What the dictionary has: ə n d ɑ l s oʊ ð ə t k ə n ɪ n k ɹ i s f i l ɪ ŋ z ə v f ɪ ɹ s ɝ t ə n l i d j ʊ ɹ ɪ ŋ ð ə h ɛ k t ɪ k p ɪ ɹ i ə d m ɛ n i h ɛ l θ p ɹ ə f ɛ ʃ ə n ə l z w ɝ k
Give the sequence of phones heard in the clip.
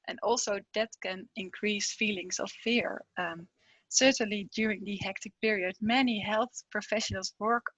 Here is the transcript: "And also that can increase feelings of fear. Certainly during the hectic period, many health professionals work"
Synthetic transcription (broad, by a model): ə n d ɑ l s oʊ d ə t k ə n ɪ n k ɹ i s f i l ɪ ŋ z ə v f ɪ ɹ s ɝ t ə n l i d j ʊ ɹ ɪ ŋ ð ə h ɛ k t ɪ k p ɪ ɹ i ə d m ɛ n i h ɛ l θ p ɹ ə f ɛ ʃ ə n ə l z w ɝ k